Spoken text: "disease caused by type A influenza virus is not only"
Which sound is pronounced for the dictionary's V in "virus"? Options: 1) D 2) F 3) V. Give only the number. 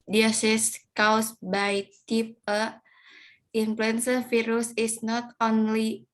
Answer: 2